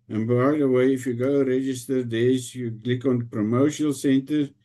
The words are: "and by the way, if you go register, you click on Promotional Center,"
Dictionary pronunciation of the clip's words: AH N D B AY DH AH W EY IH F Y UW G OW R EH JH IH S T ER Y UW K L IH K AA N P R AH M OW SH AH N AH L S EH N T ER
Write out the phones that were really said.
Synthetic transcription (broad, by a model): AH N B AY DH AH W EY IH F Y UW G OW R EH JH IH S T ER Y UW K L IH K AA N P R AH M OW AH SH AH L S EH N T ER